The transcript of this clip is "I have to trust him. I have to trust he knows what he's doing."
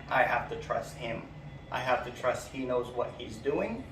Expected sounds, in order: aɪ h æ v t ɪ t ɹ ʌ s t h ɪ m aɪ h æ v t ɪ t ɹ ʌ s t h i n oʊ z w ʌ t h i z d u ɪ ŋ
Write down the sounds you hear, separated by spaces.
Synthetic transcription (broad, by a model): aɪ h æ f t ɪ t ɹ ʌ s t h ɪ m aɪ h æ f t ɪ t ɹ ʌ s t h i n oʊ z w ʌ t h i z d u ɪ ŋ